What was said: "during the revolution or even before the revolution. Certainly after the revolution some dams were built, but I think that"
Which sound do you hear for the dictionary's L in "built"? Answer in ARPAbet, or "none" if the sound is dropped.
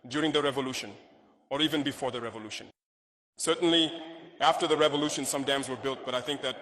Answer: L